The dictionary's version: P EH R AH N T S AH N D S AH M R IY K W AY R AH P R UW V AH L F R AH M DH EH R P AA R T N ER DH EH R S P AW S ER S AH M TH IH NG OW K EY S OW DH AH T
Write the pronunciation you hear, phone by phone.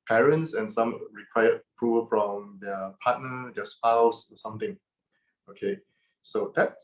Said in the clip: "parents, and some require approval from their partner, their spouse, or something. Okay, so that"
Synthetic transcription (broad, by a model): P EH R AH N T S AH N S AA M R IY K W AY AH P R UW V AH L F R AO M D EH P AA T N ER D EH S P AW S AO S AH M T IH NG OW K EY S OW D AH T